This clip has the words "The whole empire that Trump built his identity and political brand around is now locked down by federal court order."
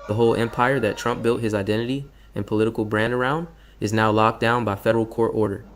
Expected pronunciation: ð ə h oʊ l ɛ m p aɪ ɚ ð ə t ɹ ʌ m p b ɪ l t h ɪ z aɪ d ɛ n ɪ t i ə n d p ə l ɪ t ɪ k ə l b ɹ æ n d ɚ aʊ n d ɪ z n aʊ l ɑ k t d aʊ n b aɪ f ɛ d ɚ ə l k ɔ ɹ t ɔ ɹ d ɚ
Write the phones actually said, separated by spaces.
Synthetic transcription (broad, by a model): ð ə h oʊ l ɛ m p aɪ ɚ ð ə t ɹ ʌ m p b ɪ l t h ɪ z aɪ d ɛ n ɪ t i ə n p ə l ɪ t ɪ k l b ɹ æ n d ɚ aʊ n d ɪ z n aʊ l ɑ k d aʊ n b aɪ f ɛ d ɚ l k ɔ ɹ t ɔ ɹ d ɚ